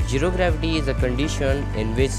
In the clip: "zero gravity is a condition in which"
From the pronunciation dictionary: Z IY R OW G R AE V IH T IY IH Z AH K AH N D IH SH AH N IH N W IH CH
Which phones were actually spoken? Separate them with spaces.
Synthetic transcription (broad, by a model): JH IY R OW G R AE F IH T IY IH Z AH K AH N D IH SH AH N IH N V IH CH